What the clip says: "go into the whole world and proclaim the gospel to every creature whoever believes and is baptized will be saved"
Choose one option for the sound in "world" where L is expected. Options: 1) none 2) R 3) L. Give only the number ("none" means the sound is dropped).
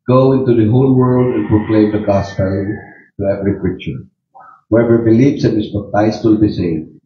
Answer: 3